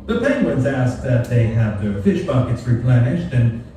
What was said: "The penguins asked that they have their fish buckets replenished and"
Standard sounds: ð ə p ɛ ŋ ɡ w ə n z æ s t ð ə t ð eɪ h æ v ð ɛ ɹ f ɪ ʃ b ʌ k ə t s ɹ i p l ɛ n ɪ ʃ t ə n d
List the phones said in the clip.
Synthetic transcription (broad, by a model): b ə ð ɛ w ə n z æ s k ð ə t ð eɪ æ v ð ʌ ɹ f ɪ ʃ b ʌ k ə t s ɹ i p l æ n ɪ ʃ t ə n